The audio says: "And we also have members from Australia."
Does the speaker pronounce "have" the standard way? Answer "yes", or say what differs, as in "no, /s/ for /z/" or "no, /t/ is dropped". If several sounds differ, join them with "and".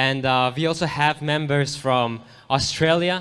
yes